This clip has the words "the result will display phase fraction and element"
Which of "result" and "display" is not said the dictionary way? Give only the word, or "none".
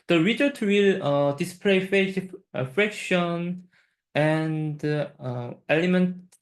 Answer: result